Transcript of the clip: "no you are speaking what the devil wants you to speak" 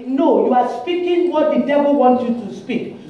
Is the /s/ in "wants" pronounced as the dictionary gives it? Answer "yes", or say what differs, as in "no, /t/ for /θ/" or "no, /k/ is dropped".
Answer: no, /s/ is dropped